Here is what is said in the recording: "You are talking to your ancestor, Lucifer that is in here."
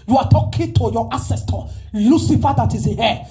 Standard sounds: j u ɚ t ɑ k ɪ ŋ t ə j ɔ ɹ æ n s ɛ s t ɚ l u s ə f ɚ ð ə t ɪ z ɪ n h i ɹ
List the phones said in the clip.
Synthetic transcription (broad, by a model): j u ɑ t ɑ k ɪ t ə j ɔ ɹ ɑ s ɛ s t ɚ l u s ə f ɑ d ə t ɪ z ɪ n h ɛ